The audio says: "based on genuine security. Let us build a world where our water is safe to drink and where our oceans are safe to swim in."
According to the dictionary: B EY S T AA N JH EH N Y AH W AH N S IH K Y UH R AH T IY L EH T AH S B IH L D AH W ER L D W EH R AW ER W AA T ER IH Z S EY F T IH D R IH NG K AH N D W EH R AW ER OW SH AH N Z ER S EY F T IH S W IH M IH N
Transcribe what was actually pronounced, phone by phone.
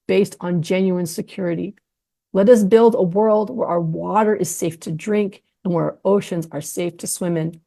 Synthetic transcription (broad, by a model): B EY S T N JH EH N Y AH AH N S IH K Y UH R AH T IY L EH T AH S B IH L D AH W ER L D W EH R AW ER W AA T ER IH Z S EY F T IH D R IH NG K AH N W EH R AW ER OW SH AH N Z ER S EY F T IH S W IH M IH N